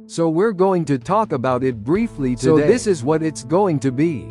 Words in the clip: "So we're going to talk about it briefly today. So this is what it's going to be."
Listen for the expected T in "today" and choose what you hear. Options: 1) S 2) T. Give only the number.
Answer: 1